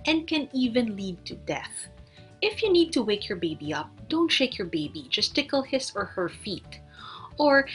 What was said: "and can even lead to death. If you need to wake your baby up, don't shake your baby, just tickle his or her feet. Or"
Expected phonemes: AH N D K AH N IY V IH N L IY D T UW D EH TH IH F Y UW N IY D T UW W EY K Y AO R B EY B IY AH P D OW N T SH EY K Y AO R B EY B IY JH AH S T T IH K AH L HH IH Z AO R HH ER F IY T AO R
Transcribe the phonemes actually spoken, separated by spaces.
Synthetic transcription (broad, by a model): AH N D K AH N IY V IH N L IY D T UW D EH TH IH F Y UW N IY D T UW W EY K Y AO R B EY B IY AH P D OW N T SH EY K Y AO R B EY B IY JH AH S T T IH K AH L HH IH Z AO R HH ER F IY T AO R